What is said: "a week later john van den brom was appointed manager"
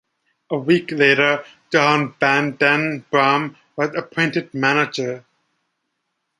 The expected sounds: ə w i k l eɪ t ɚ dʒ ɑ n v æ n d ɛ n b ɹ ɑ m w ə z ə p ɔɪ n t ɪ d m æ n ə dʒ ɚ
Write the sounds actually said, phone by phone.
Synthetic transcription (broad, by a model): ə w i k l eɪ t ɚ dʒ ɑ n b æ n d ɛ n b ɹ ɑ m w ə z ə p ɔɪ n t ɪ d m æ n ə dʒ ɚ